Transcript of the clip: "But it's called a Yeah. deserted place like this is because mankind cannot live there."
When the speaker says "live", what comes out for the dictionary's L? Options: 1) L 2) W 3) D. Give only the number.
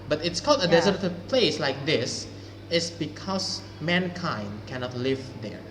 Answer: 1